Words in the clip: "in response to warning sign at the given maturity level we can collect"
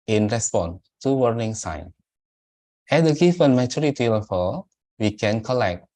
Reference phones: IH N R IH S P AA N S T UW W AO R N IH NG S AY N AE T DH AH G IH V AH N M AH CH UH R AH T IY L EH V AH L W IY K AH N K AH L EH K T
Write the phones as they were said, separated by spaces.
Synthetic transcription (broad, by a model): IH N R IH S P AA N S T UW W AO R N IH NG S AY N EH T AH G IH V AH N M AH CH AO R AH T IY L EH F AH W IY K AH N K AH L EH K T